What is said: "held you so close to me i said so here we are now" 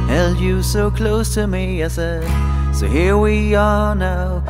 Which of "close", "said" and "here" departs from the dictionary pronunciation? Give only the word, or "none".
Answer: none